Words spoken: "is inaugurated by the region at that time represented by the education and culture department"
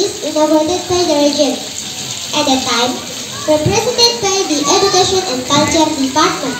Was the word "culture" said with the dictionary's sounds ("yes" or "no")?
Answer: no